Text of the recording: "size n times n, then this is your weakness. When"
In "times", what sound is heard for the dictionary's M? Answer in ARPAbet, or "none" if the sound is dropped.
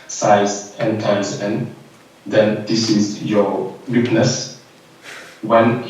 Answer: none